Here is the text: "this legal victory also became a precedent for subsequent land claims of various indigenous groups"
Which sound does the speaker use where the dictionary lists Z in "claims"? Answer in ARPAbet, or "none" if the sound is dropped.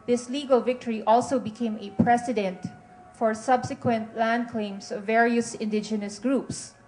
S